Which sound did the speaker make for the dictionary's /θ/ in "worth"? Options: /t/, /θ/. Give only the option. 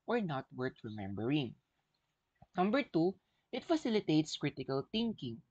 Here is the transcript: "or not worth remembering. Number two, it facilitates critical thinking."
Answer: /t/